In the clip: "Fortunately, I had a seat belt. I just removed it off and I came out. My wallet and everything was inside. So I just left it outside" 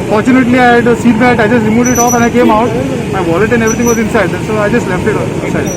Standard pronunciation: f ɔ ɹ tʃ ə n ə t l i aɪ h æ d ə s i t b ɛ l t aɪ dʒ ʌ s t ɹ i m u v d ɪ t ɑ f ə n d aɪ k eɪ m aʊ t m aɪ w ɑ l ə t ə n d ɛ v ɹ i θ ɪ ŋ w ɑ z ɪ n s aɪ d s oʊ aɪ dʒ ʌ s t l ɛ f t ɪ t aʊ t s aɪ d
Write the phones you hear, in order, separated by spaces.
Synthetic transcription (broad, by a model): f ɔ ɹ tʃ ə n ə t l i aɪ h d s i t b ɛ t aɪ dʒ ʌ s t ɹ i m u d ɪ t ɑ f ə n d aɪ k eɪ m aʊ t m aɪ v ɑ l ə t ə n d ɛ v ɹ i t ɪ ŋ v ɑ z ɪ n s aɪ d s oʊ aɪ dʒ ʌ s t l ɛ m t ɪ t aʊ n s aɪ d